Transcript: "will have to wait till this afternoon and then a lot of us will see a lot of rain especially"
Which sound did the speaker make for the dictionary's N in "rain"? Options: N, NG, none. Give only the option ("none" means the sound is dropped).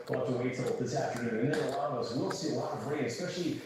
none